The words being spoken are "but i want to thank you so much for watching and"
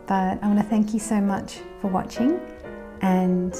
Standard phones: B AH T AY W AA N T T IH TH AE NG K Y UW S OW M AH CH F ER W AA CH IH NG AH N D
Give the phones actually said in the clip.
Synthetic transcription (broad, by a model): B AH T AY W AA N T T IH TH AE NG K Y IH S OW M AH CH F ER W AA CH IH NG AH N